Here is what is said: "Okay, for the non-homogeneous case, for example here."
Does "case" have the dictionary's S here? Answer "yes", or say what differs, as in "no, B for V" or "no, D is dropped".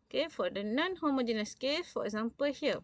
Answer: no, S is dropped